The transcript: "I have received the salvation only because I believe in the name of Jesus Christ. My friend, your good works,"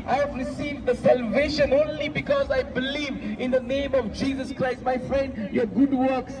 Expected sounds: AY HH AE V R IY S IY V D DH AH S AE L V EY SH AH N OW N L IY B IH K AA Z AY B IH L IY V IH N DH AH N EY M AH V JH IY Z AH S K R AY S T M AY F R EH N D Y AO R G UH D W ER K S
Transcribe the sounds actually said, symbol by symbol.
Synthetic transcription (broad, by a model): AY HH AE V R IY S IY V D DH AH S AE L V EY SH AH N OW N L IY B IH K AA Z AY B IH L IY V IH N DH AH N EY M AH V JH IY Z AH S K R AY S T M AY F R EH N D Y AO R G UH D W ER K S